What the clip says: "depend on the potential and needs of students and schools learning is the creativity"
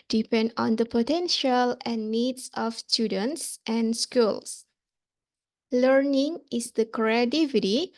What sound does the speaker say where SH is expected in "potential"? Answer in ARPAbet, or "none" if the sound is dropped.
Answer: SH